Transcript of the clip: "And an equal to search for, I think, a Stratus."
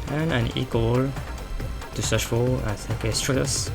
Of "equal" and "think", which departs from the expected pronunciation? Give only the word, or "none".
think